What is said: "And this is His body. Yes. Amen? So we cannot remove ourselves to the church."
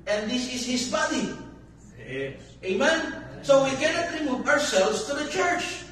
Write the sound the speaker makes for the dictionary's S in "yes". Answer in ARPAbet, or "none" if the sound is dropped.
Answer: none